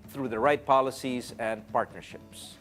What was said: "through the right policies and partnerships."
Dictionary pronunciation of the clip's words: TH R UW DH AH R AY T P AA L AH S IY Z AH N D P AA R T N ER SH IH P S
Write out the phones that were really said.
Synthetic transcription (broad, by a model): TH R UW DH AH R AY T P AA L AH S IY Z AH N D P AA R T N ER SH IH P S